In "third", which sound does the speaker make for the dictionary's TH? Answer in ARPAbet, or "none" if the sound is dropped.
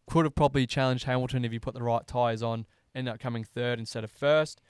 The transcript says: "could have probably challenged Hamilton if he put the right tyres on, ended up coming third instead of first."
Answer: TH